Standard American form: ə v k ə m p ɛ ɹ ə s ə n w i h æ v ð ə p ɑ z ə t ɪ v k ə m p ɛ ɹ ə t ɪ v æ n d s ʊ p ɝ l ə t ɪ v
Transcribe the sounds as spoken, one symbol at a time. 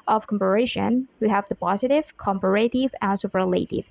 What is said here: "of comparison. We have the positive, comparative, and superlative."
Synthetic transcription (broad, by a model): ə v k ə m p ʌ ɹ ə ʃ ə n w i h æ v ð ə p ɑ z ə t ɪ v k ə m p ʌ ɹ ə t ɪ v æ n s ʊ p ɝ l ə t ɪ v